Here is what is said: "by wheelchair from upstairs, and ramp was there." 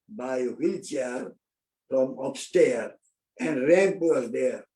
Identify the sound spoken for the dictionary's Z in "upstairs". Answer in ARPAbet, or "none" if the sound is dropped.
none